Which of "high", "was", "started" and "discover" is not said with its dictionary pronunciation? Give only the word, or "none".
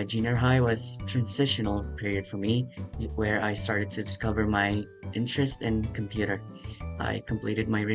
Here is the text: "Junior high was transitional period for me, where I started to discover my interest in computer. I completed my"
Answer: none